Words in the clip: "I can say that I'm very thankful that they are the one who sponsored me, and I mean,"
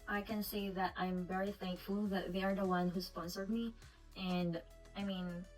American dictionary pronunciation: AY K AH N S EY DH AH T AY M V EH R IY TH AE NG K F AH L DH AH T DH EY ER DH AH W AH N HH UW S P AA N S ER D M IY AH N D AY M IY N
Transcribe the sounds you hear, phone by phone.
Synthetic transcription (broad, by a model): AY K AH N S EY DH AH T AY M V EH R IY TH AE NG K F AH L DH AH T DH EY ER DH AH W AH N HH UW S P AA N S ER D M IY AH N D AY M IY N